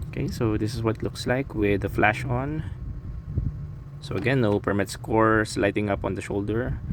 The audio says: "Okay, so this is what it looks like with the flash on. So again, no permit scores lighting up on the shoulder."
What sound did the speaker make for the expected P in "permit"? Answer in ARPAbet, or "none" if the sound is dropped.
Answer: P